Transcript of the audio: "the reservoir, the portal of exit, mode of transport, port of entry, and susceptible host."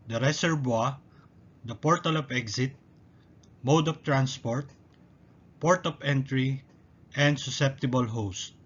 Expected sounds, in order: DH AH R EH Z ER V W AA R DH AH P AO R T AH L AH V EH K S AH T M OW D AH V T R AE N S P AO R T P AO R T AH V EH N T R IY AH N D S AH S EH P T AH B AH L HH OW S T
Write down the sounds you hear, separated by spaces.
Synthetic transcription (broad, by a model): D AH R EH S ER B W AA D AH P AO R T AH L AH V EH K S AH T M OW D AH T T R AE N S P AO R T P AO R T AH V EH N T R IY AH N D S AH S EH P T AH B AH L HH OW S T